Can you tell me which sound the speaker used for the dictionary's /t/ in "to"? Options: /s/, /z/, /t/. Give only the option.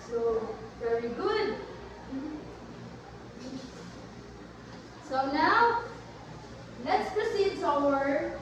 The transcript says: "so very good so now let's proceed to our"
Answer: /s/